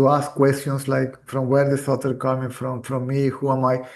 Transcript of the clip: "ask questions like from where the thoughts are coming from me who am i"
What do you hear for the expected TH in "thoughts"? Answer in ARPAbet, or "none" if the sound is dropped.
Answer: S